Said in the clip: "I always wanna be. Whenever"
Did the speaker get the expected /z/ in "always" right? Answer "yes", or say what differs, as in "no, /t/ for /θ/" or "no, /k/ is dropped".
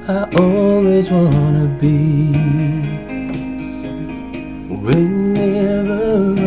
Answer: yes